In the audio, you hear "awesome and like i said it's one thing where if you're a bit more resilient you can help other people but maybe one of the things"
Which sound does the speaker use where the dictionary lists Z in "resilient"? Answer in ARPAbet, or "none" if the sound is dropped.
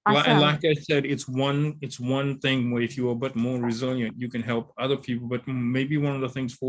Z